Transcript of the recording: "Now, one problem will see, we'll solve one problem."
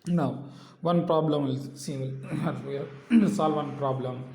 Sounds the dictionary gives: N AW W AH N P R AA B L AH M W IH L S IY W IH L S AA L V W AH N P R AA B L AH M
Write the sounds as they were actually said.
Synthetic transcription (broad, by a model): N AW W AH N P R AA B L AH M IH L S IY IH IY S AA L V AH N P R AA B L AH M